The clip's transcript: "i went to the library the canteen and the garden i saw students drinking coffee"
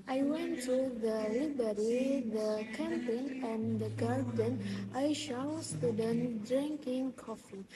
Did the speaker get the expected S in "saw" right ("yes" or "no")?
no